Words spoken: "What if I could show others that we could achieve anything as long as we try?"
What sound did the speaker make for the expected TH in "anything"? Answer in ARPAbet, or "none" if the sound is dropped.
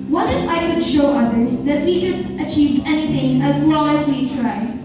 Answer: TH